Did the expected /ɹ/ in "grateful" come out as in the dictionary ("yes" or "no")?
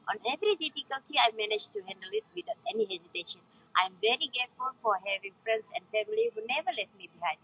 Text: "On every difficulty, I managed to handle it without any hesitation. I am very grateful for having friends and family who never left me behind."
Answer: no